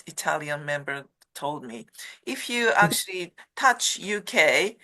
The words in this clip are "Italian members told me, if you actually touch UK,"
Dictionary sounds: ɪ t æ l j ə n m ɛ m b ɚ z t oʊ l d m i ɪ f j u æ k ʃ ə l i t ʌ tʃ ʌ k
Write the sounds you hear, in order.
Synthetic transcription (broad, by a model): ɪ t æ l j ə n m ɛ m b ɚ t oʊ l d m i ɪ f j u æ k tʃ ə l i t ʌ tʃ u k